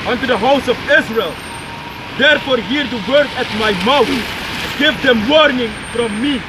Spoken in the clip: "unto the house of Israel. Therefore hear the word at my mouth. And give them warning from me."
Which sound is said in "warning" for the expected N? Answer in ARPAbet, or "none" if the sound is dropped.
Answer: N